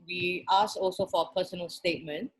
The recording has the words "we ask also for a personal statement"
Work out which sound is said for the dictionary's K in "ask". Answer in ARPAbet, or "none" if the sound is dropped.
none